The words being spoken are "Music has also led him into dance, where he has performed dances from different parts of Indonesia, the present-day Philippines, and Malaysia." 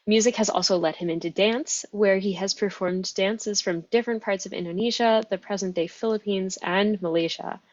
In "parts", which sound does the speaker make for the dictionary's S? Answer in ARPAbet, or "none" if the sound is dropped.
S